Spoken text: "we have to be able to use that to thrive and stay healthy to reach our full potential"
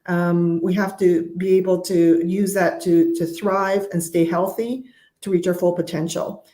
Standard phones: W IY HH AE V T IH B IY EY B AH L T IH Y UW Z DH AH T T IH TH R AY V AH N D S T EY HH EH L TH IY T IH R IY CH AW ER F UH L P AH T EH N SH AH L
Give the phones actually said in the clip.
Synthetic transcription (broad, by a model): W IY HH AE F T IH B IY EY B L T IH Y UW Z DH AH T T IH TH R AY V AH N S T EY HH EH L TH IY T IH R IY CH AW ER F UH L P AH T EH N SH L